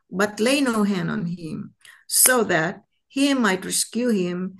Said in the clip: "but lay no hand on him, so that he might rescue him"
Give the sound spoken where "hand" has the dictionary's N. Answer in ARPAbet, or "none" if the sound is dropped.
N